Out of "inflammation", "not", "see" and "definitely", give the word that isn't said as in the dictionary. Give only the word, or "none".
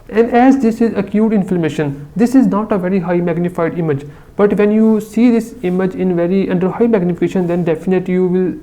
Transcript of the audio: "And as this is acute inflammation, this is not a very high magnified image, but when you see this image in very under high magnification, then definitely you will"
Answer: none